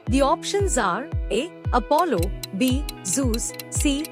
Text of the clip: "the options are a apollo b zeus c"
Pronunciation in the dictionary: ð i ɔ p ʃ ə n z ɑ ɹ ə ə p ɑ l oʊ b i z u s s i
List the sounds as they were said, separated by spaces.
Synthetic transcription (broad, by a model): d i ɔ p ʃ ə n z ɑ ɹ ə ə p ɑ l oʊ b i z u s s i